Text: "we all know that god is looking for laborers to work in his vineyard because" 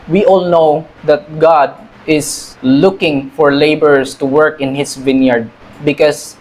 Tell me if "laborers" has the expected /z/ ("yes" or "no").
no